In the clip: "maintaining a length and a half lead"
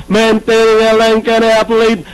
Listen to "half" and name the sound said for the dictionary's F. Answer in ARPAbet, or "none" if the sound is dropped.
P